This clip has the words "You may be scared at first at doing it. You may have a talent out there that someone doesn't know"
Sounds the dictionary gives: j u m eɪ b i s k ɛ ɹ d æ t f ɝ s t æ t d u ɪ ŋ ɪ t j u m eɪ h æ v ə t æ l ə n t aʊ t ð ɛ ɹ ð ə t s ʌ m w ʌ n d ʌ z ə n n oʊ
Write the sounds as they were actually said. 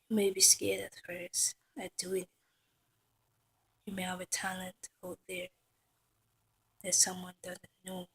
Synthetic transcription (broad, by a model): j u m eɪ b i s k ɛ ɹ d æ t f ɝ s æ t d u ɪ ŋ ɪ t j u m eɪ h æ v ə t æ l ə n t aʊ t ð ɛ ɹ ð ə t s ʌ m w ʌ n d ʌ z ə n n oʊ